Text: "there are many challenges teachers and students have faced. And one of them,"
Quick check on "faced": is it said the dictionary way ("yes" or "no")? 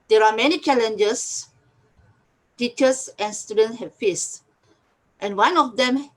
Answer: yes